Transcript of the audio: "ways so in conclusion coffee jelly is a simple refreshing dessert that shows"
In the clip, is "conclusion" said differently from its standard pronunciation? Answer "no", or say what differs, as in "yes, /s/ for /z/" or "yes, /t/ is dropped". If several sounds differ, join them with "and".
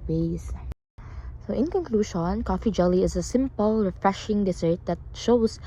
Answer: yes, /ʃ/ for /ʒ/